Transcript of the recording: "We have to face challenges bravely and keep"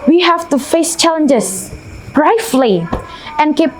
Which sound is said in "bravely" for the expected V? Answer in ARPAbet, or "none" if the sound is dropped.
F